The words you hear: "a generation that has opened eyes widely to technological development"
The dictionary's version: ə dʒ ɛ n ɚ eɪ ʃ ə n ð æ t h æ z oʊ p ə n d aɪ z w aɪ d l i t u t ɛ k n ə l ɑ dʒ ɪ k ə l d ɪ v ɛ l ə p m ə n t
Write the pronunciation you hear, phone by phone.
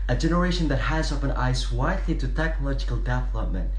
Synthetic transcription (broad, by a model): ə dʒ ɛ n ɚ eɪ ʃ ə n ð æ t h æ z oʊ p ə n aɪ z w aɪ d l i t u t ɛ k n ə l ɑ dʒ ɪ k ə l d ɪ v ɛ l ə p m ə n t